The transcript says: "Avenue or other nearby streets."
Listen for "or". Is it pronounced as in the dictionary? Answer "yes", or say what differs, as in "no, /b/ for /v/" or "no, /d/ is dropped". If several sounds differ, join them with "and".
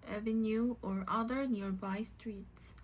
yes